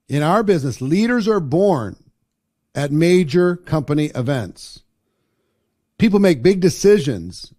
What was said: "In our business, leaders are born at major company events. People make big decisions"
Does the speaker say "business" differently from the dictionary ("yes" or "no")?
no